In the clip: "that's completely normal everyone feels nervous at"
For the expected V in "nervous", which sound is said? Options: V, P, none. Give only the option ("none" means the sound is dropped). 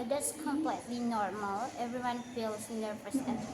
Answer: P